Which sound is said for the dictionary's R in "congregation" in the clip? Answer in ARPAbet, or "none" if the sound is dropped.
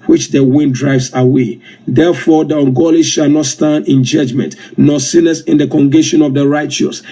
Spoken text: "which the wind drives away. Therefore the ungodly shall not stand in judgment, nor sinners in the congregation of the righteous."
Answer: none